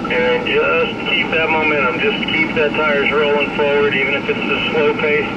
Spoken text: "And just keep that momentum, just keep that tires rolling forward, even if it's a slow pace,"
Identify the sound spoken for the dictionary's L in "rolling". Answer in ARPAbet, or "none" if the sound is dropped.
L